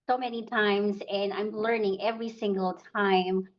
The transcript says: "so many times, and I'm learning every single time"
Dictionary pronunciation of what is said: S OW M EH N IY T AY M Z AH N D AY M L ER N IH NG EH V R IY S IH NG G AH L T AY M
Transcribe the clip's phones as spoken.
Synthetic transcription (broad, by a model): S OW M EH N IY T AY M Z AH N AY M L ER N IH NG EH V R IY S IH NG G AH L T AY M